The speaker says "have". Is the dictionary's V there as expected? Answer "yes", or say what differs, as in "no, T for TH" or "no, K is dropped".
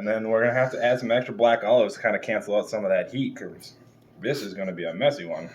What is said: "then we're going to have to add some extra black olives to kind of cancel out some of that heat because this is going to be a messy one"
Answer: no, F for V